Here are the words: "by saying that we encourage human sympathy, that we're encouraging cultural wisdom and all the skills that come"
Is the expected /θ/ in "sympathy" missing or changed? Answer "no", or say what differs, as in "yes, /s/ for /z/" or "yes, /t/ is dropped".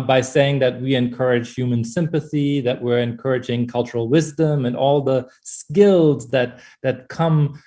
no